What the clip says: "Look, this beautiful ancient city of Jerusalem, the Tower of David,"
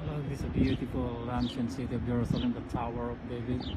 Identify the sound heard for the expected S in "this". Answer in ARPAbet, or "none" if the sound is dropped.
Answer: none